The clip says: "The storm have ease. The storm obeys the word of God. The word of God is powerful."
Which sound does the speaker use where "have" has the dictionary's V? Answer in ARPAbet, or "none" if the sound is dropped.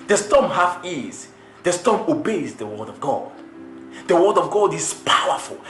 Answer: F